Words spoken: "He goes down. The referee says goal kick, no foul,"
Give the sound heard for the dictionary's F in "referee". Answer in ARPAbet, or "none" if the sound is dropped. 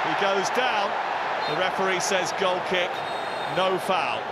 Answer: P